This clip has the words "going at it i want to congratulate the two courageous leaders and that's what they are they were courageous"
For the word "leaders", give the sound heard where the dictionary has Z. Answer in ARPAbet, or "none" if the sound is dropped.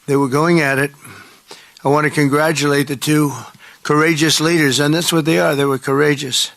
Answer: Z